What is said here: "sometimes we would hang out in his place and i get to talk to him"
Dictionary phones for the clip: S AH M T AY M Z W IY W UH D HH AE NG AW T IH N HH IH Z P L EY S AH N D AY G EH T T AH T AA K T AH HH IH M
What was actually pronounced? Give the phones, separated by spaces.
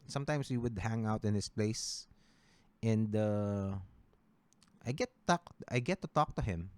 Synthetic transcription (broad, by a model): S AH M T AY M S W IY W UH D HH AE NG AW T IH N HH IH S P L EY S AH N D AY G EH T T AH T AA K T AH HH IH M